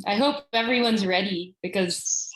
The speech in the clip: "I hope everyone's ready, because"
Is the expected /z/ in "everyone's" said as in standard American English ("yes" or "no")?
yes